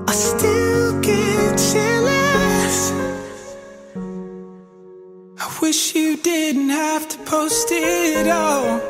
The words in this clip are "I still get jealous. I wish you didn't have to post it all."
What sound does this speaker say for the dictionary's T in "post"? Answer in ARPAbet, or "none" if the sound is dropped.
T